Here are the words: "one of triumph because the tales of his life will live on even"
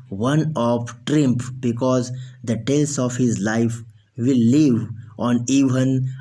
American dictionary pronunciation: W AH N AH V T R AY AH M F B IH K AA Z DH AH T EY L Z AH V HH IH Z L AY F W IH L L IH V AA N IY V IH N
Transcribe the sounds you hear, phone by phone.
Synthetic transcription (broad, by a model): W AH N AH F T R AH M P B IH K AA Z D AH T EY L S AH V HH IH Z L AY F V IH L L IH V AA N IY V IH N